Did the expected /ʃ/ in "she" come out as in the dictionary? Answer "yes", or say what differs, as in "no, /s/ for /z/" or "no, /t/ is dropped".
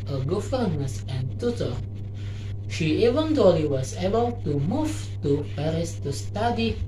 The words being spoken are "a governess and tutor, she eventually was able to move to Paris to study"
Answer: yes